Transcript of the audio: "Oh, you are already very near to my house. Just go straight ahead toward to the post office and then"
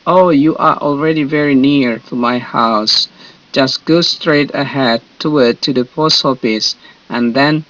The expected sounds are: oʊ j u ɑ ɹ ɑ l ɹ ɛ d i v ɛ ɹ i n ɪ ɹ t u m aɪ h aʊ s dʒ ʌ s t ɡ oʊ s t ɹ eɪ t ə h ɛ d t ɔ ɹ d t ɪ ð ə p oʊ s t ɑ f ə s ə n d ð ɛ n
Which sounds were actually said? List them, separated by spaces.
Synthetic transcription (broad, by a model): oʊ j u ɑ ɹ ɑ l ɹ ɛ d i v ɛ ɹ i n ɪ ɹ t u m aɪ h aʊ s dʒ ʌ s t ɡ oʊ s t ɹ eɪ t ə h ɛ d t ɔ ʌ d t ɪ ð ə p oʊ s ɑ p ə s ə n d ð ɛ n